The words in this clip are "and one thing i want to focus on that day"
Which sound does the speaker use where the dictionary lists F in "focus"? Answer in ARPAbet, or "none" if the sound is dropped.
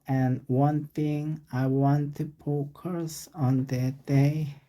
P